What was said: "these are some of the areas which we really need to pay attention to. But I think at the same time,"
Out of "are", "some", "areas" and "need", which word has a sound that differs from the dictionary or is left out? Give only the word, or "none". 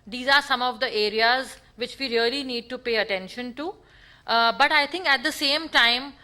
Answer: none